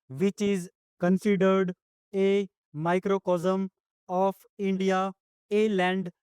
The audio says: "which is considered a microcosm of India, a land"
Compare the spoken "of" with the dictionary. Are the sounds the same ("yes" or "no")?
no